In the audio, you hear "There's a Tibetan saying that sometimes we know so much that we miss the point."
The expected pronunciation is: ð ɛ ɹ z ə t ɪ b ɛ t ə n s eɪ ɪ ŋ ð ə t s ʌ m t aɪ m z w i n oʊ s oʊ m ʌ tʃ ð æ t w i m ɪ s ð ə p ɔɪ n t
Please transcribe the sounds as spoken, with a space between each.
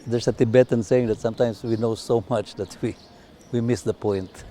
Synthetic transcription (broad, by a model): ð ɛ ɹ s ə t ɪ b ɛ t ə n s eɪ ɪ ŋ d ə t s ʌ m t aɪ m s w i n oʊ s oʊ m ʌ tʃ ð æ t w i m ɪ s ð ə p ɔɪ n t